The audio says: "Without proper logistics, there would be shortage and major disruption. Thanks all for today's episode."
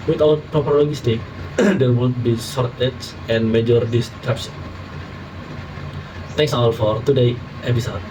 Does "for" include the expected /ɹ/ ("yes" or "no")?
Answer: yes